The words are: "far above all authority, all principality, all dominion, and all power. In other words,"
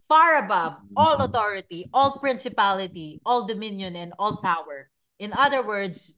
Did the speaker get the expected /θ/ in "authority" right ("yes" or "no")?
no